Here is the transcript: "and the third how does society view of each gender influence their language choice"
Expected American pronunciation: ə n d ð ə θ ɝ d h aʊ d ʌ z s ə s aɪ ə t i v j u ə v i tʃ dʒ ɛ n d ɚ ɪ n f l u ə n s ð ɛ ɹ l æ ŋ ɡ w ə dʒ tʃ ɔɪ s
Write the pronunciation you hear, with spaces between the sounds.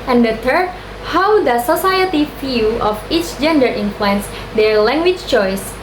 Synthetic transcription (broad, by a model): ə n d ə t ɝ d h aʊ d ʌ s ə s aɪ ə t i f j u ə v i tʃ dʒ ɛ n d ɚ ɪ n f l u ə n s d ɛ ɹ l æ ŋ ɡ w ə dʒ tʃ ɔɪ s